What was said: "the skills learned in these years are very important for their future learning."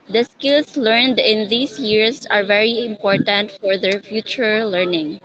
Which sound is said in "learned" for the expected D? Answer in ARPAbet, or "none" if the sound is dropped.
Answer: D